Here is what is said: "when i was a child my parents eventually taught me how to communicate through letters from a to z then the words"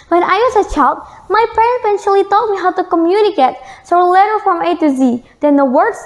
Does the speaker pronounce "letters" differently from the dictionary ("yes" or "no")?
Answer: yes